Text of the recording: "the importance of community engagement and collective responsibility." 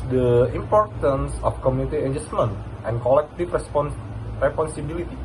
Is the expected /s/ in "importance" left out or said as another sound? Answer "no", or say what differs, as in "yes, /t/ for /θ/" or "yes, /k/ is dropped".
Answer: no